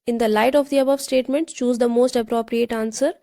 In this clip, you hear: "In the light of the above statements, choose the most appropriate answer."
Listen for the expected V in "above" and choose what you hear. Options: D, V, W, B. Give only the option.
V